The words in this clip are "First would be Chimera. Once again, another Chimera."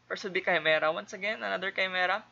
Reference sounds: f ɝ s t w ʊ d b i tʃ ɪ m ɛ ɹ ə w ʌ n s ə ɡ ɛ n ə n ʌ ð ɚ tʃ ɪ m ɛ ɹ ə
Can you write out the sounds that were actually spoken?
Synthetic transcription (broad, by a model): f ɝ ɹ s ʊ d b i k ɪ m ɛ ɹ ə w ʌ n s ə ɡ ɛ n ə n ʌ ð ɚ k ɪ m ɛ ɹ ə